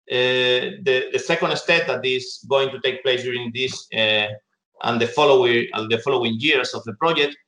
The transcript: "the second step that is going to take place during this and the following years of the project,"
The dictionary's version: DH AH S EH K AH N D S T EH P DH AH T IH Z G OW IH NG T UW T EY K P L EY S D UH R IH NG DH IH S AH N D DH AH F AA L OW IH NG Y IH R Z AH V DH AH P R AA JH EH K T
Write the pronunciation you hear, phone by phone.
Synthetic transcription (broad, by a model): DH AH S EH K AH N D S T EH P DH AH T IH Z G OW IH NG T UW T EY K P L EY S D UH R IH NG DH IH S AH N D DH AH F AA L OW IH NG Y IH R S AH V DH AH P R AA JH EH K T